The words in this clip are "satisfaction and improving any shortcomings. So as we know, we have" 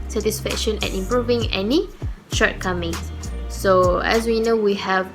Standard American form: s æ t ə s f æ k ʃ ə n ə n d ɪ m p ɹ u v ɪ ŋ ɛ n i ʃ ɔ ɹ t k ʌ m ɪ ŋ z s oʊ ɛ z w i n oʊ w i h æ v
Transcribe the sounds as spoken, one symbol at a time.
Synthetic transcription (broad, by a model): s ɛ t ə s f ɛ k ʃ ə n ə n ɪ m p ɹ u v ɪ ŋ ɛ n i ʃ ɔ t k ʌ m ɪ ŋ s s oʊ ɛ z w i n oʊ w i h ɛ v